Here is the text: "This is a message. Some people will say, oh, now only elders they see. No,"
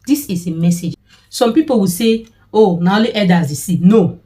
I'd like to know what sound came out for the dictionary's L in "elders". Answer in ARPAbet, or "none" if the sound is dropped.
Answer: none